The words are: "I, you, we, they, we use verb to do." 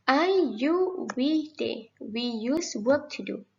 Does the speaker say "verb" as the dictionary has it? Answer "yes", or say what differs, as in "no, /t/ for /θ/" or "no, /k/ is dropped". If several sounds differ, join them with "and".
no, /w/ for /v/